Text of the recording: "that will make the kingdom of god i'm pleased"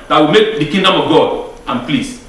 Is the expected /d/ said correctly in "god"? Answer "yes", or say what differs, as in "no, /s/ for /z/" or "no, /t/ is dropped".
yes